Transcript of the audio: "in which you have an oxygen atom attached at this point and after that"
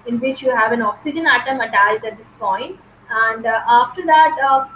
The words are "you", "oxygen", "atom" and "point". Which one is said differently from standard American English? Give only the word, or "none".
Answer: none